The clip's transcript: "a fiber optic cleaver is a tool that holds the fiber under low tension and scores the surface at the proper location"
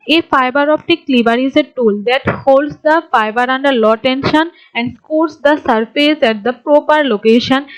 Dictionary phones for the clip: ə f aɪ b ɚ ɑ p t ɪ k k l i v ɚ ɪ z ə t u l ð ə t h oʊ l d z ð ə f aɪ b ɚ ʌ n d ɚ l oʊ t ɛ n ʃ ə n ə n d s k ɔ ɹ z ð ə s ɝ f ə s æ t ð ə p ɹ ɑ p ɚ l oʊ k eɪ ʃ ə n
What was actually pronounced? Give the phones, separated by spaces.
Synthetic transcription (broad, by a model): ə f aɪ b ɚ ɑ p t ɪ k k l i b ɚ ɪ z ə t u l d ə t h oʊ l d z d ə f aɪ b ɚ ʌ n d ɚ l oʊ t ɛ n ʃ ə n ə n d s k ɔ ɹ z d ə s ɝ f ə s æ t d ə p ɹ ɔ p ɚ l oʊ k eɪ ʃ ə n